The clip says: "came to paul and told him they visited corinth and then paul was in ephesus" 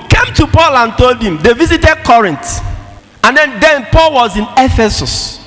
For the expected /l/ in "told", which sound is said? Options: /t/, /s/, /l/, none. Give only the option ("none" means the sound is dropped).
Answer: /l/